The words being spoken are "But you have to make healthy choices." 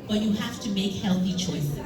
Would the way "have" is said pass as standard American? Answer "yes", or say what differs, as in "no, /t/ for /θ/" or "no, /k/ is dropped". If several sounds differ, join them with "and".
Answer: no, /f/ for /v/